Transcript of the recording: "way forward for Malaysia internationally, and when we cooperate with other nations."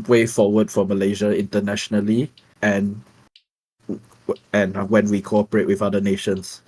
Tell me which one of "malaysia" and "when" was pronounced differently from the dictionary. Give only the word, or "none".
none